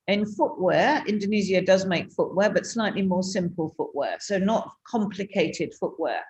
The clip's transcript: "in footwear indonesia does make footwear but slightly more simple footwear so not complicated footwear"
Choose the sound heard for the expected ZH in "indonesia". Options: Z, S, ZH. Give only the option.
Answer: Z